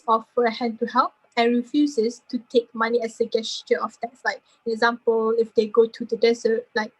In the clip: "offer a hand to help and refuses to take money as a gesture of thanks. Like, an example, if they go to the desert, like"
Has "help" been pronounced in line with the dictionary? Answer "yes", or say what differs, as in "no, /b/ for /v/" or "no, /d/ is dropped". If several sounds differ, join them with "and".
yes